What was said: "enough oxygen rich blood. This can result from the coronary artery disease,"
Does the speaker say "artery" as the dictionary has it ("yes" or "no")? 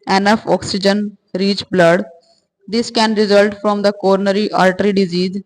no